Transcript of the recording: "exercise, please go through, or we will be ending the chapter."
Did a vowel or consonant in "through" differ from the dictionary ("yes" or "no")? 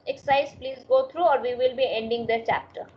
yes